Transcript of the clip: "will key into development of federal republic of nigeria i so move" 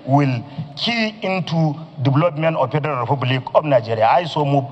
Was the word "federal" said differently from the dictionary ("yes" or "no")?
yes